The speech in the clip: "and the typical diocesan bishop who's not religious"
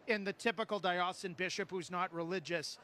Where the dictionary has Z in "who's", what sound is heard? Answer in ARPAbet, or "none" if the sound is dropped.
Z